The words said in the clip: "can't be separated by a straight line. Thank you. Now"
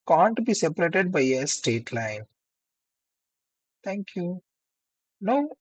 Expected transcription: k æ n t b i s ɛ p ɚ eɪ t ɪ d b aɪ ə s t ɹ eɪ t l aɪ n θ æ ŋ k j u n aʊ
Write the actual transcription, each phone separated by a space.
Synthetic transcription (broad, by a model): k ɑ n t b i s ɛ p ɚ eɪ t ɪ d b aɪ ə s t eɪ t l aɪ n t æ ŋ k j u n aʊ